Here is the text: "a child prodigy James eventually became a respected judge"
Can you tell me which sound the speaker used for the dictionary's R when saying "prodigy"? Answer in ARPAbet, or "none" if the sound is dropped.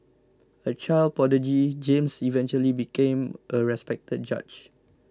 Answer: none